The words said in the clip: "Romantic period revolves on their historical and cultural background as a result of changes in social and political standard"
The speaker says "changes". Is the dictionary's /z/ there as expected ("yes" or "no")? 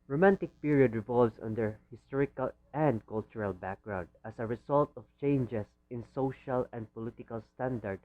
no